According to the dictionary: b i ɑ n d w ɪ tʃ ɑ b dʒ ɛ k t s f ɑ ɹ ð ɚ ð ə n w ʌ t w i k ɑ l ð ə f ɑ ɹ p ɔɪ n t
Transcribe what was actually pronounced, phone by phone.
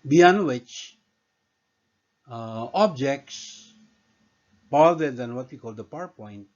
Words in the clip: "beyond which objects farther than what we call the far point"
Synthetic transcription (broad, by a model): b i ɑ n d w ɪ tʃ ɑ b dʒ ɛ k t s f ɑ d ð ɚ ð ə n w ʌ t w i k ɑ l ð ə p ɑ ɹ p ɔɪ n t